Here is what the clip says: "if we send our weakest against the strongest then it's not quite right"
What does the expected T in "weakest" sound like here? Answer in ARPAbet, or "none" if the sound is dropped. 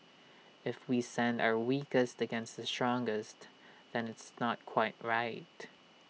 T